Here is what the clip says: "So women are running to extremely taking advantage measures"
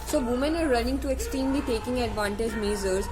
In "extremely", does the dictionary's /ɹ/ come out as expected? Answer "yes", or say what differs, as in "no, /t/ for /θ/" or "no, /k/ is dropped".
no, /ɹ/ is dropped